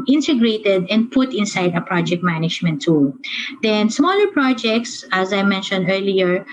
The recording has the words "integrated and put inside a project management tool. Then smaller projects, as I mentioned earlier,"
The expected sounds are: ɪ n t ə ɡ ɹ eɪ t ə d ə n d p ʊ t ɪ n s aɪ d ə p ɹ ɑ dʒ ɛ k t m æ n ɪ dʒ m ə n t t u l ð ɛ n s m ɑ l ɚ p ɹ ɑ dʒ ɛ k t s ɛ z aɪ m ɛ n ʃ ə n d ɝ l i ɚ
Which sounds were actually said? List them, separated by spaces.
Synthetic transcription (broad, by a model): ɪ n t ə ɡ ɹ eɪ t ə d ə n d p ʊ t ɪ n s aɪ d ə p ɹ ɑ dʒ ɛ k t m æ n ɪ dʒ m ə n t t u l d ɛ n s m ɑ l ɚ p ɹ ɑ dʒ ɛ k t s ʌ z aɪ m ɛ n ʃ ə n d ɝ l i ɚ